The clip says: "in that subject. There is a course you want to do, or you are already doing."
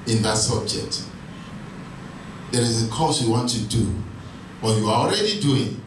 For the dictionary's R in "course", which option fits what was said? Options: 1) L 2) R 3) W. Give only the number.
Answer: 1